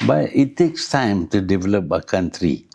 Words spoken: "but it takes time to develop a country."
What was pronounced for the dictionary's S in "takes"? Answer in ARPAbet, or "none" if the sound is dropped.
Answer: S